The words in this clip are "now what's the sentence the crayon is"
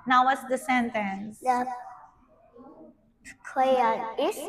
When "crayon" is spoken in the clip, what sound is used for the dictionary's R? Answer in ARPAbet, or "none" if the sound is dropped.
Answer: L